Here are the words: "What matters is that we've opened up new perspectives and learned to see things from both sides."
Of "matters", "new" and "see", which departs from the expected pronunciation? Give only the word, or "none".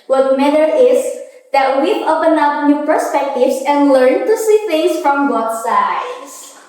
matters